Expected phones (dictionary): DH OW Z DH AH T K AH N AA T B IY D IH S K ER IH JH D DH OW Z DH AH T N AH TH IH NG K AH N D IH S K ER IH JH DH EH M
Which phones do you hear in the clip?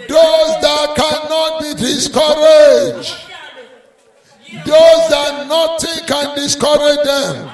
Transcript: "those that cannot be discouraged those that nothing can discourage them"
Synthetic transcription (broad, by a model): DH OW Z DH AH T K AH N AA T B IY D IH S K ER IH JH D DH OW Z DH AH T N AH T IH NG K AH N D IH S K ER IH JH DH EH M